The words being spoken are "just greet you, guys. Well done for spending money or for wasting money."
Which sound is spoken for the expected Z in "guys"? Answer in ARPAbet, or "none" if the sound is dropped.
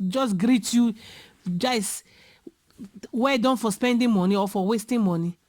S